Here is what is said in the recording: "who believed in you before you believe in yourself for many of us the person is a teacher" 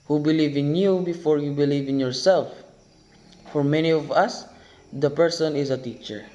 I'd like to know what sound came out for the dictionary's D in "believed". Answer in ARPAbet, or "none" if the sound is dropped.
none